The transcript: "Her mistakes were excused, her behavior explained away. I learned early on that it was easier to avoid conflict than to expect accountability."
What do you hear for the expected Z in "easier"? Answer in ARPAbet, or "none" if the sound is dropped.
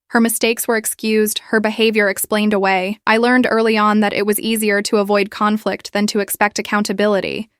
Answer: Z